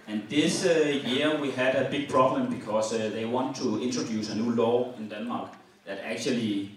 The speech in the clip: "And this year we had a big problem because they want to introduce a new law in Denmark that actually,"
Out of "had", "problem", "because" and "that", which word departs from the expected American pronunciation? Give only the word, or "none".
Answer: because